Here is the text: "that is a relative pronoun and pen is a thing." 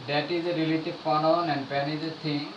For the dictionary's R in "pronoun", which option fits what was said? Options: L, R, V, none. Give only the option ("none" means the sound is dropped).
none